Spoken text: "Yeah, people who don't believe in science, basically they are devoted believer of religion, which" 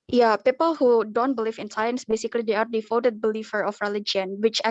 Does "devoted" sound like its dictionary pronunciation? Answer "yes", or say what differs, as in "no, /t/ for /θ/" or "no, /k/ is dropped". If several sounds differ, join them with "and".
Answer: no, /f/ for /v/